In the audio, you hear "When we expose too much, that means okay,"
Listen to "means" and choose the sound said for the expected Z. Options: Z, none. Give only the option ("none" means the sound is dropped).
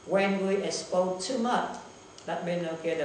none